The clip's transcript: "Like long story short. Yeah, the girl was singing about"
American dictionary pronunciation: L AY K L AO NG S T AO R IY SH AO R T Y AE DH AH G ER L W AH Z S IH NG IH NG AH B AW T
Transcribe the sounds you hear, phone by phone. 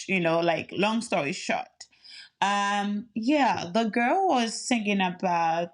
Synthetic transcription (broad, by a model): L AY K L AO NG S T AO R IY SH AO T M Y AE DH AH G ER L W AH Z TH IH NG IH NG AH B AW T